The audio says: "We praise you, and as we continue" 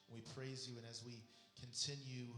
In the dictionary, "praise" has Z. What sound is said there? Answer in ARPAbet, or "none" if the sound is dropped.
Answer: Z